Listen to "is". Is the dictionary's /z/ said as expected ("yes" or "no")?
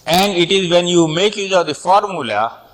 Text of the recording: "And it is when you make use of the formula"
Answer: yes